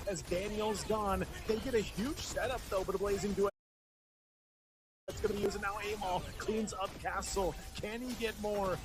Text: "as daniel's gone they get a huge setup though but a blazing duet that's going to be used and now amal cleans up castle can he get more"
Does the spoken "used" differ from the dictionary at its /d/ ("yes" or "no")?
yes